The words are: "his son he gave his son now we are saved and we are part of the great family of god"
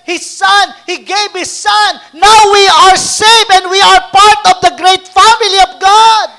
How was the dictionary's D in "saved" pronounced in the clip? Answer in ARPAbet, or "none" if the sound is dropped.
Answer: none